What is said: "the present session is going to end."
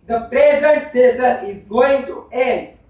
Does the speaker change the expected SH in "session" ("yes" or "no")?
yes